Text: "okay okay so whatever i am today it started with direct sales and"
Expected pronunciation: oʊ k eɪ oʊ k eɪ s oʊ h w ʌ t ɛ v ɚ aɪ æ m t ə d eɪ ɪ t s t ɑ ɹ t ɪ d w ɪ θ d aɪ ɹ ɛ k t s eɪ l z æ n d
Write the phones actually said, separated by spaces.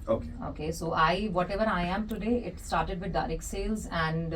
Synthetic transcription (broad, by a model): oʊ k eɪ oʊ k eɪ s oʊ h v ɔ t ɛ v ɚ aɪ æ m t ə d eɪ ɪ t s t ɑ ɹ t ɪ d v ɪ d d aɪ ɹ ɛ k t s eɪ l z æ n d